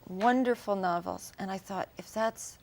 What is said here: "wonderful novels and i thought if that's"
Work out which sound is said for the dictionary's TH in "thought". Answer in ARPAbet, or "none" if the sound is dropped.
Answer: TH